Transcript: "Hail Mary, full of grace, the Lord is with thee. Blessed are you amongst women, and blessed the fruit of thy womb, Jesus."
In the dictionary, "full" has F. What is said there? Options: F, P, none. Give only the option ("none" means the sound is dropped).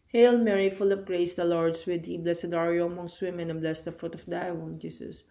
F